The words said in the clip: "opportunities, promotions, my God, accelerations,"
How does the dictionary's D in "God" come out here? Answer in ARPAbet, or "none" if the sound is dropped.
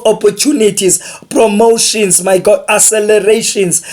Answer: none